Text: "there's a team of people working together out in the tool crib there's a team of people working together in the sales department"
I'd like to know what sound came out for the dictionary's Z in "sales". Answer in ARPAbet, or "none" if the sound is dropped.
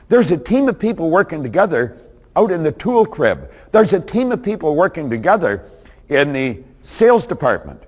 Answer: Z